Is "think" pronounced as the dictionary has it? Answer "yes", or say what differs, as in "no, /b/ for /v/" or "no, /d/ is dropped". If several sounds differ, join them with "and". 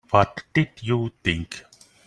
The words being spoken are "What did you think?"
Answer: no, /t/ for /θ/